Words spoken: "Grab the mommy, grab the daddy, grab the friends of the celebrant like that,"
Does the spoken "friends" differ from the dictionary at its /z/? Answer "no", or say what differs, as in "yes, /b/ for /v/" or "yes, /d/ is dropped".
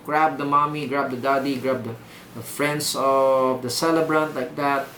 yes, /s/ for /z/